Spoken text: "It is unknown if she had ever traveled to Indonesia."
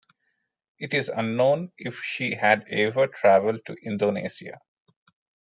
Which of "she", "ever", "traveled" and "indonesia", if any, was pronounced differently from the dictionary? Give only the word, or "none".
indonesia